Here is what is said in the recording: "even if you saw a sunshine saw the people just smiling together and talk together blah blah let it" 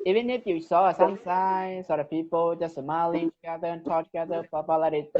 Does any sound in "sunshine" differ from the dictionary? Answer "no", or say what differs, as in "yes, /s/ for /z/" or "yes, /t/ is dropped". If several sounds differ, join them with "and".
yes, /s/ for /ʃ/